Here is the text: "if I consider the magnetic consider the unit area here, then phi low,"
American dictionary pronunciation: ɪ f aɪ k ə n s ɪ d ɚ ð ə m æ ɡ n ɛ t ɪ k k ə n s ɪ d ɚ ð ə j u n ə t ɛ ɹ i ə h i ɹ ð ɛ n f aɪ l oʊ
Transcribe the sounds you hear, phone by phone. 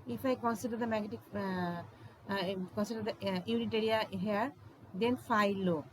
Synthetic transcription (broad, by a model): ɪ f aɪ k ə n s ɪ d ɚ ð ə m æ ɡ ɛ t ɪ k k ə n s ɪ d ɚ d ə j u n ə t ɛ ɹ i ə h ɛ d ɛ n f aɪ l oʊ